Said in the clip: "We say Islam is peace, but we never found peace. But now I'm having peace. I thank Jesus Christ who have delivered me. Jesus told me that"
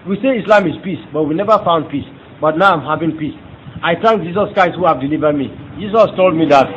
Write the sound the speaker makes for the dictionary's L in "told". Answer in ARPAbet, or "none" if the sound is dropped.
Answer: L